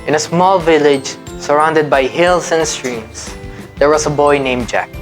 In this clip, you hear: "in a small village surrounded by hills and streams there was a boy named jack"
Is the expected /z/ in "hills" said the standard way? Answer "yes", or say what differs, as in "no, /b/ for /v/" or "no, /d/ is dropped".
no, /s/ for /z/